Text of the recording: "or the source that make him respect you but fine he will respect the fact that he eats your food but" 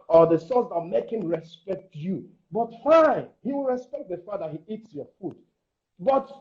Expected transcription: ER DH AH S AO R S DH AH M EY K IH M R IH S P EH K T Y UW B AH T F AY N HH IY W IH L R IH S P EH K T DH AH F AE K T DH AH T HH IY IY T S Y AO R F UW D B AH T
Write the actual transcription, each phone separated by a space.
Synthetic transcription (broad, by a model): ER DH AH S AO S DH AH M EY K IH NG R IH S P EH K T Y UW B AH T F AY N HH IY W IH L R IH S P EH K T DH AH F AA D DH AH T HH IY IY T S Y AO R F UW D B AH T